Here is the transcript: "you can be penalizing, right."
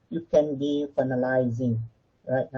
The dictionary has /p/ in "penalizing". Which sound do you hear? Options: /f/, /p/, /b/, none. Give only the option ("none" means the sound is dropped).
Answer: /f/